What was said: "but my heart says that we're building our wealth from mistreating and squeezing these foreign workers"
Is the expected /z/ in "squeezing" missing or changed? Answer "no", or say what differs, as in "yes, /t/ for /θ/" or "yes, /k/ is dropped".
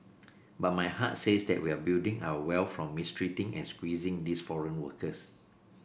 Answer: no